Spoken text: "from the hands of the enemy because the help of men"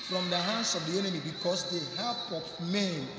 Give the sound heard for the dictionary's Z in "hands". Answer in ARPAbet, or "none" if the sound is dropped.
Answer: S